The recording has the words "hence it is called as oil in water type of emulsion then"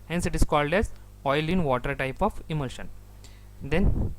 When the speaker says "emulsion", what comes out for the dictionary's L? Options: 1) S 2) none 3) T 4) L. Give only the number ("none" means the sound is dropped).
4